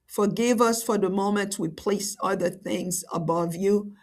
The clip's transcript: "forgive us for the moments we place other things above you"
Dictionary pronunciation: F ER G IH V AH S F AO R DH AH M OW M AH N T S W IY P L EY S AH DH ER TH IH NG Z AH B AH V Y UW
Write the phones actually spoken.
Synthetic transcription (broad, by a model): F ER G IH V AH S F AO R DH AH M OW M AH N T W IY P L EY S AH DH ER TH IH NG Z AH B AH V Y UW